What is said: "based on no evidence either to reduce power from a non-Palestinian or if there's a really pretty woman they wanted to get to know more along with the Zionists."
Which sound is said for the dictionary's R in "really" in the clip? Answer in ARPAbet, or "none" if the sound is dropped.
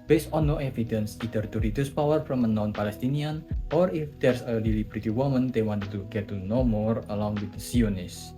L